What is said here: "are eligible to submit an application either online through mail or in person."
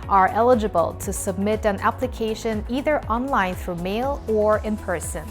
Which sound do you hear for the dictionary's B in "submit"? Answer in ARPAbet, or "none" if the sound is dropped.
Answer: B